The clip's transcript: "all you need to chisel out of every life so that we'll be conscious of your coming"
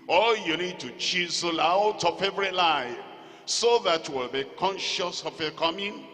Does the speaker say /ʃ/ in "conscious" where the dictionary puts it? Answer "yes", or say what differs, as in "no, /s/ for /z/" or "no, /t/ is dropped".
yes